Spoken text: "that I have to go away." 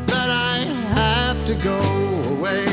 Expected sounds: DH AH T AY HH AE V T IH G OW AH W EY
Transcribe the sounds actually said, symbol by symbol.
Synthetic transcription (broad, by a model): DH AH T AY HH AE F T IH G OW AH W EY